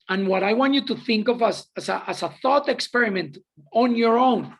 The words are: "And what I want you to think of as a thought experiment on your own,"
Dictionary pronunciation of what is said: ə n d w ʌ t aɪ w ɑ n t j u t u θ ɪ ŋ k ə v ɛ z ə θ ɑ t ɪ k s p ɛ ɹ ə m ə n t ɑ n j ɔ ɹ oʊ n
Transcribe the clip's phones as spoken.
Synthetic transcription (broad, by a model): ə n w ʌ t aɪ w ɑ n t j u t u θ ɪ ŋ k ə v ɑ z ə θ ɑ t ɪ k s p ɛ ɹ ə m ə n t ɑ n j ɔ ɹ oʊ n